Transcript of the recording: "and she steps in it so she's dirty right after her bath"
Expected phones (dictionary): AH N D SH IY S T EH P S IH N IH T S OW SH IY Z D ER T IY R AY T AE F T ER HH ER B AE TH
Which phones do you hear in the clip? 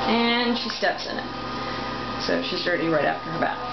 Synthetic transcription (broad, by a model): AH N SH IY S T EH P S IH N IH T S OW SH IY Z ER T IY R AY T AE F T ER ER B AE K